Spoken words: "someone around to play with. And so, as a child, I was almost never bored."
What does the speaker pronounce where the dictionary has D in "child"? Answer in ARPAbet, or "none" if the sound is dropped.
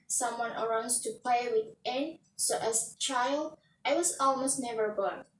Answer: D